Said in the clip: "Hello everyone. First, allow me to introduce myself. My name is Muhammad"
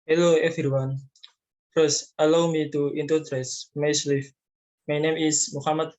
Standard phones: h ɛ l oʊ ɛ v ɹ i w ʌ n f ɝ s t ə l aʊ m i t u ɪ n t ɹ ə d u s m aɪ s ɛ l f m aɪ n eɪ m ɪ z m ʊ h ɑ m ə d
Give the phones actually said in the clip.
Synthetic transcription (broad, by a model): h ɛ l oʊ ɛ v ɹ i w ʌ n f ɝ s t ə l aʊ m i t u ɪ n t ə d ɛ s m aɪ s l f m aɪ n eɪ m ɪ s m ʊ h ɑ m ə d